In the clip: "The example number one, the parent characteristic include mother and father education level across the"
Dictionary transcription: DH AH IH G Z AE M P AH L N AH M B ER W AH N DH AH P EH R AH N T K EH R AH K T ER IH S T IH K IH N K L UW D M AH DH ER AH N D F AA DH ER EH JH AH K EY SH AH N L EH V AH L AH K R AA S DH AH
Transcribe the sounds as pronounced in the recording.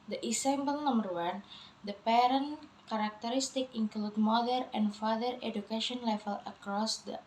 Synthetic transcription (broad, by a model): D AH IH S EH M B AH L N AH M B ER W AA N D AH P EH R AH N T K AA R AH K T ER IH S T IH K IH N K L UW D M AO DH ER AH N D F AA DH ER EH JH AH K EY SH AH N L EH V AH L AH K R AA S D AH